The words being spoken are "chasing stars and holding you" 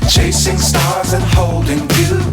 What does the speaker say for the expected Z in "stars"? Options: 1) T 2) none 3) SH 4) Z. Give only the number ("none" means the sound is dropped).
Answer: 4